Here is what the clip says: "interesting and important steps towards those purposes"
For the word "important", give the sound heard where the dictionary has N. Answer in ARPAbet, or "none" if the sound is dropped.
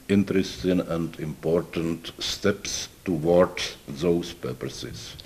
N